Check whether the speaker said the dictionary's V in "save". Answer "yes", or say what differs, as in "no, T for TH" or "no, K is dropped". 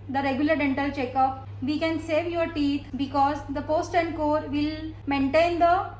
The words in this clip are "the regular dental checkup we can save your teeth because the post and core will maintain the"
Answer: yes